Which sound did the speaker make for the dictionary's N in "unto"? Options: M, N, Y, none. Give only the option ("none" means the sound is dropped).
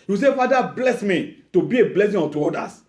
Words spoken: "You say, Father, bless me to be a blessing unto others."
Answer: none